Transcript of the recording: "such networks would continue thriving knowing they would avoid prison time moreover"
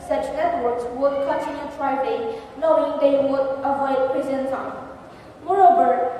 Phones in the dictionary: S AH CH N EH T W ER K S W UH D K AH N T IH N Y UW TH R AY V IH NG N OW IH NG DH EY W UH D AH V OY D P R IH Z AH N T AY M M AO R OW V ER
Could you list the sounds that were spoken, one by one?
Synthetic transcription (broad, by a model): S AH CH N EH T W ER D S W UH D K AH N T IH N Y UW T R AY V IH N OW IH NG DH EY W UH D AH V OY D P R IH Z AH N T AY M M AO R OW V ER